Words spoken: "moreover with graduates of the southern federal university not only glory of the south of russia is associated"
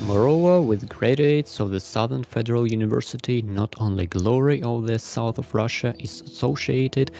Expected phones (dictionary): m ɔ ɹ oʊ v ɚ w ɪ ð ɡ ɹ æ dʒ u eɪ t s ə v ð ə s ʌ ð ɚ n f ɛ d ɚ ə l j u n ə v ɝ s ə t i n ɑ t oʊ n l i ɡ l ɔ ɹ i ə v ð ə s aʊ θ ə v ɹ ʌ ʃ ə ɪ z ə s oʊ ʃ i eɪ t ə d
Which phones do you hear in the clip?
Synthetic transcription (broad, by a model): m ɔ ɹ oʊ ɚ w ɪ ð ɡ ɹ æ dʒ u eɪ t s ə v ð ə s ʌ ð ɚ n f ɛ d ɚ ə l j u n ə v ɝ s ə t i n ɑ t oʊ n l i ɡ l ɔ ɹ i ə v ð ə s aʊ θ ə v ɹ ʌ ʃ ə ɪ z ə s oʊ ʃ i eɪ t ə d